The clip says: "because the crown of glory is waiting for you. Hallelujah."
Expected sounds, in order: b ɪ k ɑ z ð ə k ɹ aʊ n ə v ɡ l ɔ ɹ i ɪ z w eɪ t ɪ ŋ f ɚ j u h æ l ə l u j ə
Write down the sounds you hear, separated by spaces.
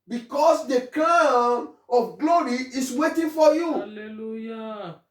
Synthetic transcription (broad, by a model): b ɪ k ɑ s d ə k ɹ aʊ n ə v ɡ l ɔ ɹ i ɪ s w eɪ t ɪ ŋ f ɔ j u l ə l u j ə